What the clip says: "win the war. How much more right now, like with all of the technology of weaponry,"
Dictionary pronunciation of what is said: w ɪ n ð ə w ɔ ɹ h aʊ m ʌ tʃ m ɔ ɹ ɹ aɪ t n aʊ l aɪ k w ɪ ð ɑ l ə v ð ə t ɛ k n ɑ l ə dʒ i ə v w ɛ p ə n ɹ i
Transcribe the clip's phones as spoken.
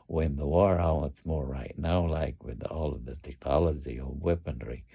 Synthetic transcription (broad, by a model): w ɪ n ð ə w ɔ ɹ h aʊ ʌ s m ɔ ɹ ɹ aɪ t n aʊ l aɪ k w ɪ ð ɑ l ə v ð ə t ɛ k n ɑ l ə dʒ i ə v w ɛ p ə n ɹ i